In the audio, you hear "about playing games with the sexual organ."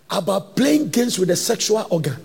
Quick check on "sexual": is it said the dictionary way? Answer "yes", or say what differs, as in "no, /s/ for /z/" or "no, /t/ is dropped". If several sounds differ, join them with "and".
yes